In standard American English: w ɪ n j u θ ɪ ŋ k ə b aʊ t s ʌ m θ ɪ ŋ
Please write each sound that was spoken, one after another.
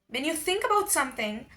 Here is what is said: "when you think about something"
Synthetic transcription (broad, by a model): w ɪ n j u θ ɪ ŋ k ə b aʊ t s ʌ m θ ɪ ŋ